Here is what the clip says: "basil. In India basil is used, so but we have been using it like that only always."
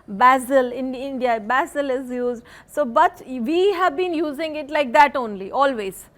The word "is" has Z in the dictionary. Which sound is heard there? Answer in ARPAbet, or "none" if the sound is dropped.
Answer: Z